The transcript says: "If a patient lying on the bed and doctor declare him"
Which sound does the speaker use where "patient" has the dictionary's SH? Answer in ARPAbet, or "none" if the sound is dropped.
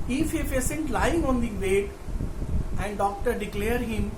S